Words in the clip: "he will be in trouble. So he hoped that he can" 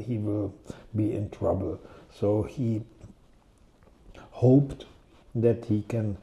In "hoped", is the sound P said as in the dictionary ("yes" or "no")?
yes